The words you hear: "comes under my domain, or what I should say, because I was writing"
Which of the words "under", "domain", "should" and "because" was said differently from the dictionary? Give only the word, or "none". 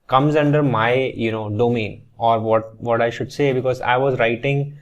none